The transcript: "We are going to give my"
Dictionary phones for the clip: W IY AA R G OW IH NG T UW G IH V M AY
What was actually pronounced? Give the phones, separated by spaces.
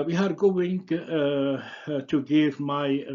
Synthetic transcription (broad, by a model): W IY AA R G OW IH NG T UW G IH V M AY